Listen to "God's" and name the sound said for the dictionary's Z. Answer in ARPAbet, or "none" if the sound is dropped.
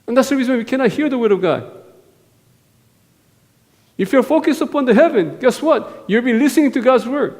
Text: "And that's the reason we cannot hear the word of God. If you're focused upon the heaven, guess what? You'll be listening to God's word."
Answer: Z